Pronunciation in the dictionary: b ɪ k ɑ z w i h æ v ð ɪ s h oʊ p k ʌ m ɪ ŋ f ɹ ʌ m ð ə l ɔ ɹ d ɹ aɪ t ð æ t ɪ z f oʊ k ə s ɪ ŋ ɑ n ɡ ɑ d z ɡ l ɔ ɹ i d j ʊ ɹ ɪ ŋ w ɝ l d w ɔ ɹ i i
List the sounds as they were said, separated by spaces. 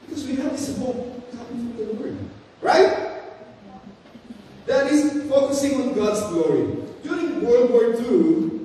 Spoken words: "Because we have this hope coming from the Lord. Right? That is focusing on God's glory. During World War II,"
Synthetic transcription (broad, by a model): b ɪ k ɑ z w i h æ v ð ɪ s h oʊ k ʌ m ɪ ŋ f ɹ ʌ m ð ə w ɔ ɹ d ɹ aɪ t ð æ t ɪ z f oʊ k ə s ɪ ŋ ɑ n ɡ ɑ d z ɡ l ɔ ɹ i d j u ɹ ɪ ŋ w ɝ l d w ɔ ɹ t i